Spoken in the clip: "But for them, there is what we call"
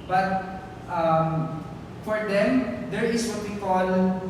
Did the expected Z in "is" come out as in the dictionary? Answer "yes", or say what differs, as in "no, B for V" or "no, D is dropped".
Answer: no, S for Z